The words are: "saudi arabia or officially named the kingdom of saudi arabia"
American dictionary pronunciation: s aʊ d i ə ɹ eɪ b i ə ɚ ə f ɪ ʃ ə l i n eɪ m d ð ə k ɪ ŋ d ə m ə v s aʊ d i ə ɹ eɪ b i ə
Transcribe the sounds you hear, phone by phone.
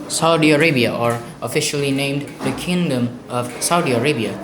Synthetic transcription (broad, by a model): s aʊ d i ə ɹ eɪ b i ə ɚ ə f ɪ ʃ ə l i n eɪ m d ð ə k ɪ ŋ d ə m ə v s aʊ d i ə ɹ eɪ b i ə